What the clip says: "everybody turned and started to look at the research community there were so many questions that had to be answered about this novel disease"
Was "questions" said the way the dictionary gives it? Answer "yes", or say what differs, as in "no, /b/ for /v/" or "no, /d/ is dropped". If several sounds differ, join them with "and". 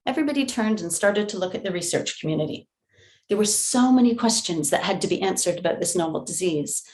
yes